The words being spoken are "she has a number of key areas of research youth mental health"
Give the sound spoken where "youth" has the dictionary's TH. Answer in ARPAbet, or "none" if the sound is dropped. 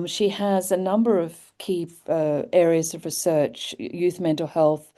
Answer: TH